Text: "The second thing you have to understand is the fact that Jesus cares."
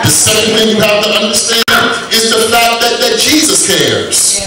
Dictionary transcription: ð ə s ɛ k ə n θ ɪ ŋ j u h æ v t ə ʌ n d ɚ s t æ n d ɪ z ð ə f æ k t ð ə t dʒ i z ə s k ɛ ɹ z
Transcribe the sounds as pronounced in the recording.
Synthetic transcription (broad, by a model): ð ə s ɛ k ə n θ ɪ ŋ j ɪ h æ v t ə ʌ n d ɚ s t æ n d ɪ z ð ə f æ k t ð ə t dʒ i z ə s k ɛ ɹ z